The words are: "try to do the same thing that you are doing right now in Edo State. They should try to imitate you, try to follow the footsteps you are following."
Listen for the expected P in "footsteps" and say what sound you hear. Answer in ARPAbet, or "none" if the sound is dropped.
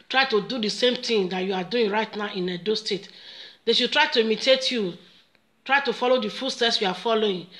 none